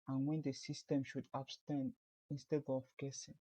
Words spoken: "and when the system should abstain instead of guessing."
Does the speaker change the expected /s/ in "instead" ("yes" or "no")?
no